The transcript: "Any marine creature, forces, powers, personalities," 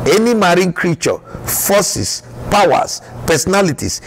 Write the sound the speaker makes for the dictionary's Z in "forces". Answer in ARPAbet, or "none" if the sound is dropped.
S